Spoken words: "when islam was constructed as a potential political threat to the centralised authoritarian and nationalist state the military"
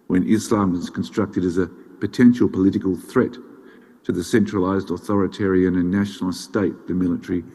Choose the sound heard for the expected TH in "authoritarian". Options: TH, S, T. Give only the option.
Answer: TH